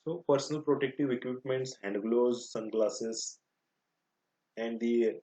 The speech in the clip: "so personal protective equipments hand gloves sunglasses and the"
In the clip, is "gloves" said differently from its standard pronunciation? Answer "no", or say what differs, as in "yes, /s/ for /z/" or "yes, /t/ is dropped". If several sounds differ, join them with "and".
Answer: yes, /v/ is dropped